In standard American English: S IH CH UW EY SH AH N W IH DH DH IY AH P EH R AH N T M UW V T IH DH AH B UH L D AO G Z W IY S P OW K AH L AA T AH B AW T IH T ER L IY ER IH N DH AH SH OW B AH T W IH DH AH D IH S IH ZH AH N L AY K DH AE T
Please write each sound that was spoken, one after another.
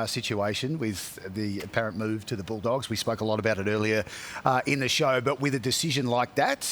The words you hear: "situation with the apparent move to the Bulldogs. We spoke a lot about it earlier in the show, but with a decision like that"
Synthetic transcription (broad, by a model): S IH CH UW EY SH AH N W IH DH DH IY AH P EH R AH N M UW V T IH DH AH B UH L D AO G Z W IY S P OW K AH L AA T AH B AW T IH T ER L IY ER IH N DH AH SH OW B AH T W IH DH AH D IH S IH ZH AH N L AY K DH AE T